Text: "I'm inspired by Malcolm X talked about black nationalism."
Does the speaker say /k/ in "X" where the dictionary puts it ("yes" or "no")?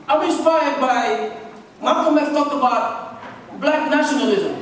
no